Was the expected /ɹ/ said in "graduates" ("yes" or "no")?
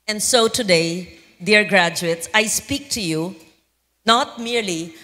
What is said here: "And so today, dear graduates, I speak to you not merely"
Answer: yes